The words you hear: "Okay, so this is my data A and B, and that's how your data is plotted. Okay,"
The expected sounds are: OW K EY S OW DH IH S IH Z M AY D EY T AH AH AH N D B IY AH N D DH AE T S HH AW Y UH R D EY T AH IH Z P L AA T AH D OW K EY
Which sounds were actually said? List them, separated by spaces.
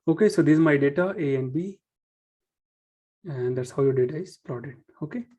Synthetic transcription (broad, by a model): OW K EY S OW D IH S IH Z M AY D EY T AH AH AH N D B IY AH N D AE T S HH AW Y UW D EY T AH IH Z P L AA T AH OW K EY